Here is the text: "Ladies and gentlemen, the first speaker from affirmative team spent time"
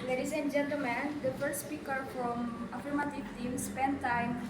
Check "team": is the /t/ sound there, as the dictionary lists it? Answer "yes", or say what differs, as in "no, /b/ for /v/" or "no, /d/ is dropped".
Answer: yes